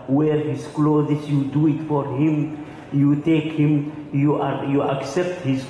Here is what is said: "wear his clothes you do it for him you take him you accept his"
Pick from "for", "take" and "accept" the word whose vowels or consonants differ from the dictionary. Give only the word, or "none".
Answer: none